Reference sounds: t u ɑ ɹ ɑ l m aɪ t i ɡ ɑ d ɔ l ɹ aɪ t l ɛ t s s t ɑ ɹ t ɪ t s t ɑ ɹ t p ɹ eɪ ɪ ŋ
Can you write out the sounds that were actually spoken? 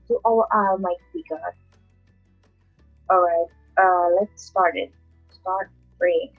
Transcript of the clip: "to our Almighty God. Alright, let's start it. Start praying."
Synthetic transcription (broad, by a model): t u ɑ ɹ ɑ m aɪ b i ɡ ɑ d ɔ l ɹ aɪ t l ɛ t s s t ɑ ɹ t ɪ t s t ɑ ɹ t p ɹ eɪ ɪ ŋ